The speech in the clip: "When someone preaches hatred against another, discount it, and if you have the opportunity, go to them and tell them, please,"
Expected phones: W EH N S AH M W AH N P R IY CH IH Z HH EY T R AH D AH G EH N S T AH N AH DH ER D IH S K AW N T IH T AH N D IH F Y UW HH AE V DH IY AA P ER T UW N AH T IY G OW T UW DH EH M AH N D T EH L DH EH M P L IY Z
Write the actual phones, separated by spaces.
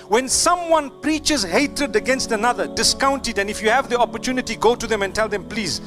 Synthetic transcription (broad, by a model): W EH N S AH M W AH N P R IY CH IH Z HH EY T R AH D AH G EH N S T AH N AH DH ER D IH S K AW N T IH T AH N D IH F Y UW HH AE V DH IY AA P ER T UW N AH T IY G OW T UW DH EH M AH N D T EH L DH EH M P L IY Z